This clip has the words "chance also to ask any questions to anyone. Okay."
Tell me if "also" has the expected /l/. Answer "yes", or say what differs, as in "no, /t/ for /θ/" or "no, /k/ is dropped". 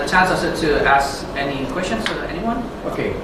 no, /l/ is dropped